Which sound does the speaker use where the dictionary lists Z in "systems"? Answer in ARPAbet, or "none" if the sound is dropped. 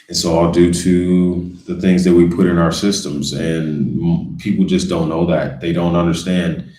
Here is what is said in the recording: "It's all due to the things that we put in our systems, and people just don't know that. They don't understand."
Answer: Z